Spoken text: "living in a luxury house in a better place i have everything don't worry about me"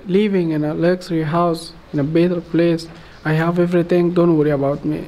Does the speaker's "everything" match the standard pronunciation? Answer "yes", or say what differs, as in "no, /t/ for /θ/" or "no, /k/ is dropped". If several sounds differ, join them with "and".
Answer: no, /t/ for /θ/